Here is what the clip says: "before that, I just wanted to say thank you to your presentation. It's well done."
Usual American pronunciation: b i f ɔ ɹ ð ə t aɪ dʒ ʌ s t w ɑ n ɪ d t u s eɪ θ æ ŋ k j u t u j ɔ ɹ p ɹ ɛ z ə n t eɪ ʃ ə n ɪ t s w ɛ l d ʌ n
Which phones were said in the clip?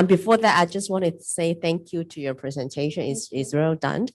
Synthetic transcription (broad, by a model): b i f ɔ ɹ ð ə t aɪ dʒ ʌ s t w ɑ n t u s eɪ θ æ ŋ k j u t u j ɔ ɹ p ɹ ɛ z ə n t eɪ ʃ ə n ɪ s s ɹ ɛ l d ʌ n